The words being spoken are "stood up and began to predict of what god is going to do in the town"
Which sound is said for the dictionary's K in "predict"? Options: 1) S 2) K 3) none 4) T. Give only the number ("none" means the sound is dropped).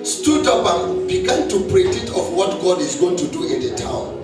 3